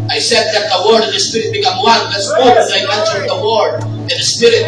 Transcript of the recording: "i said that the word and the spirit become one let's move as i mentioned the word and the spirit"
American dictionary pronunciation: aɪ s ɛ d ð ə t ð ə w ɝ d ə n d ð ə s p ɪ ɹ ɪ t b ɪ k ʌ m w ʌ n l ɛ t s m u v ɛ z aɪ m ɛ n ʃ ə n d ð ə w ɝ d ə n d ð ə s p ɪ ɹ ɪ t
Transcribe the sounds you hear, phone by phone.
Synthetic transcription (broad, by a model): aɪ s ɛ d ð ə t ð ə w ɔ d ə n ð ə s p ɪ ɹ ɪ t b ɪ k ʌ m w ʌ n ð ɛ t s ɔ w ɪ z aɪ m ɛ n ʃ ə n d ð ə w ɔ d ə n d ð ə s p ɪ ɹ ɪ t